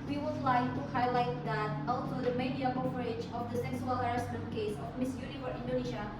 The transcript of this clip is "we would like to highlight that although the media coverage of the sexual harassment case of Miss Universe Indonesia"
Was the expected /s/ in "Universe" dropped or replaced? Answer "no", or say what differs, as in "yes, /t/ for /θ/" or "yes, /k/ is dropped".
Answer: yes, /s/ is dropped